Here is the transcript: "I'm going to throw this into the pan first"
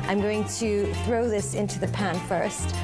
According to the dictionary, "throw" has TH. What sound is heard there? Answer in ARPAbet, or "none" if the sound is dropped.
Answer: TH